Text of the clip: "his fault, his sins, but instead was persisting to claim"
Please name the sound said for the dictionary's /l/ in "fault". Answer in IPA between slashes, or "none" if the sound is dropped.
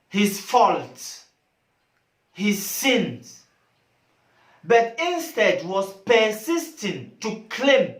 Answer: /l/